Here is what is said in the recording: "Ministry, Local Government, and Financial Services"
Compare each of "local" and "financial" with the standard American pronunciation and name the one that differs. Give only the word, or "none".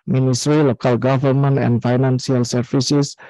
financial